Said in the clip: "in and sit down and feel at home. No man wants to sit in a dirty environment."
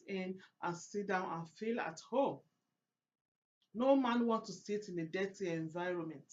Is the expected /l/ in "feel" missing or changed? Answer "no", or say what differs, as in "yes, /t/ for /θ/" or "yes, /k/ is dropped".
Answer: no